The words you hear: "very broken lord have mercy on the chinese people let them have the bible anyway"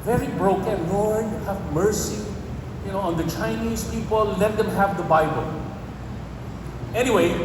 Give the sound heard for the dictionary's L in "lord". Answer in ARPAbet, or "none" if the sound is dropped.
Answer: N